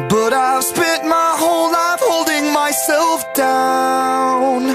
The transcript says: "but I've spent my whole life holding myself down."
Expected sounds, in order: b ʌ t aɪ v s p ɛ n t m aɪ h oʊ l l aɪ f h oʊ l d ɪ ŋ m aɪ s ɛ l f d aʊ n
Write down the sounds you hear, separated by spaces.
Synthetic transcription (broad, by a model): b ʌ t aɪ v s p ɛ t m aɪ h oʊ l l aɪ f h oʊ l d ɪ ŋ m aɪ s ɛ l f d aʊ n